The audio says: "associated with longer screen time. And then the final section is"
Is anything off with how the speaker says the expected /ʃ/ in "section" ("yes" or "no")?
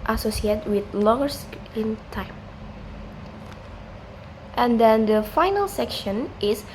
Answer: no